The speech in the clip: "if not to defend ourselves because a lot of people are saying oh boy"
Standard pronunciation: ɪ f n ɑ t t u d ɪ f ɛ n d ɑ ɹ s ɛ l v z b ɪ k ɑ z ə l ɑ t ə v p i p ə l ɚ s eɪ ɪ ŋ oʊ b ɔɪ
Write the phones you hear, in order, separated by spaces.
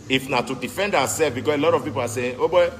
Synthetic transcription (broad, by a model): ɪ f n ɑ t t u d ɪ f ɛ n d ɑ w s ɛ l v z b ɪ k ɑ s ə l ɑ t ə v p i p ə l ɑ s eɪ oʊ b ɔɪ